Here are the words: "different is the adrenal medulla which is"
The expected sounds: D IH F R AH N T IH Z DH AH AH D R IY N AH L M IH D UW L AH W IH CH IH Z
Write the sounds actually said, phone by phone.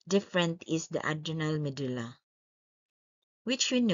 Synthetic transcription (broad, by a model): D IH F R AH N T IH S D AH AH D IY N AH L M IH D UW L AH W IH CH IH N